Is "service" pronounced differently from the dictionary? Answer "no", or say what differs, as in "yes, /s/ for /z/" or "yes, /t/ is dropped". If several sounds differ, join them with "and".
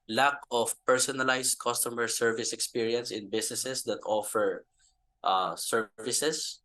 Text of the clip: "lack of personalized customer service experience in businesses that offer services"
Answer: no